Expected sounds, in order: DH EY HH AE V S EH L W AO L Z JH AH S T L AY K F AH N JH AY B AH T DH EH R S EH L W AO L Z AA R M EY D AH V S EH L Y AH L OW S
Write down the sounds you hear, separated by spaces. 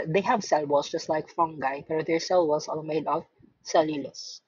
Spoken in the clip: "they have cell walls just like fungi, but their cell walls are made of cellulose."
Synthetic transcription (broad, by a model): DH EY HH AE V S EH L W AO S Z JH AH S T L AY K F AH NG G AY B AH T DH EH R S EH L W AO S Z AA L M EY D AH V S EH L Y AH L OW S